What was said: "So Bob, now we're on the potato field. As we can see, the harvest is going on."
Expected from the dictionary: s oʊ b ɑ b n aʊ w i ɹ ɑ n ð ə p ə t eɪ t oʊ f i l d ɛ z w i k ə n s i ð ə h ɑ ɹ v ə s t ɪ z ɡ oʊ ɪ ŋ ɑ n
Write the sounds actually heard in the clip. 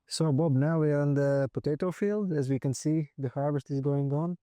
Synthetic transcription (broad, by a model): s oʊ b ɑ b n aʊ w i ɹ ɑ n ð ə p ə t eɪ t oʊ f i l d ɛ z w i k ə n s i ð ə h ɑ ɹ v ə s t ɪ z ɡ oʊ ɪ ŋ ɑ n